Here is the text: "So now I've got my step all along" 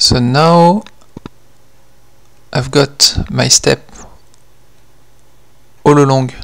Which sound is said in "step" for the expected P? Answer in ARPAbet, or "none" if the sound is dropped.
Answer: P